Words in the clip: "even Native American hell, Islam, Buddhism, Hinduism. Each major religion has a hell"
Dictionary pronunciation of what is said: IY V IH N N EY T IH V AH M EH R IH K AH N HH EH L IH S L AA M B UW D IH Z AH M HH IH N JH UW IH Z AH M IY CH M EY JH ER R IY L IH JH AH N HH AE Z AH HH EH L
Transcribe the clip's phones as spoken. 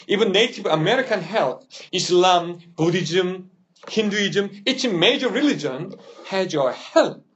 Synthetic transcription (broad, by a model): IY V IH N N EY T IH V AH M EH R IH K AH N HH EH L IH S L AA M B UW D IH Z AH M HH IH N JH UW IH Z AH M IY CH M EY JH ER R IY L IH JH AH N HH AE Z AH HH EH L